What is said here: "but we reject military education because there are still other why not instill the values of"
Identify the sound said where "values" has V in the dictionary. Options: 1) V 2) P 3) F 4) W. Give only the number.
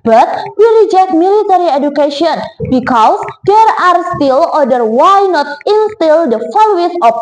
3